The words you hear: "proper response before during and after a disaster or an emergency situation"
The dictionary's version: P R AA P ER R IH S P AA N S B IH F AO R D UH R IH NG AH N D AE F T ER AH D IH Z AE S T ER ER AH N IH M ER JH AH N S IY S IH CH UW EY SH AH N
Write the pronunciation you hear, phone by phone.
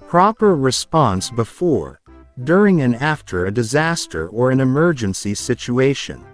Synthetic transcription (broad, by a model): P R AA P ER R IH S P AA N S B IH F AO R D UH R IH NG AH N AE F T ER AH D IH Z AE S T ER ER AH N IH M ER JH AH N S IY S IH CH UW EY SH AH N